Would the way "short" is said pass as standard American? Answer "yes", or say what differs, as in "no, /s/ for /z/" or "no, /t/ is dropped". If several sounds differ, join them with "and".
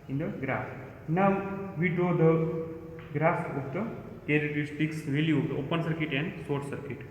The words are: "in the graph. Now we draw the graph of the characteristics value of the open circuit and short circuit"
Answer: no, /s/ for /ʃ/